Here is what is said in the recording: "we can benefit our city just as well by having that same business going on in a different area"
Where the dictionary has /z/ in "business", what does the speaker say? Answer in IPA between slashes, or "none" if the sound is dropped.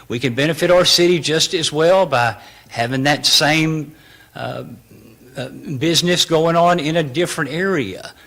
/z/